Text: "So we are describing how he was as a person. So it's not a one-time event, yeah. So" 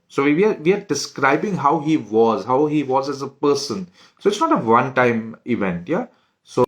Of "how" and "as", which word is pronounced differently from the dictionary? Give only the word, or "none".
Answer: none